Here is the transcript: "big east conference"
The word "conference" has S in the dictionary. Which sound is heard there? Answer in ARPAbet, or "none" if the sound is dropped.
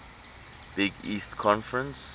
S